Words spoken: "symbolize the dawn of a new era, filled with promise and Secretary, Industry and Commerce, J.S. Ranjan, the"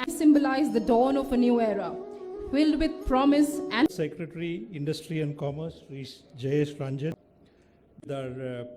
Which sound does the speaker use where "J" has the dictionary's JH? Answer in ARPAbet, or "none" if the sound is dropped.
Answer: JH